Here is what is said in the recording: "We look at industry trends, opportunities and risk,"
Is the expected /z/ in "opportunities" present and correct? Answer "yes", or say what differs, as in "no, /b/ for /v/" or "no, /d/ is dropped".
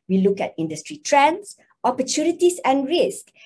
no, /s/ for /z/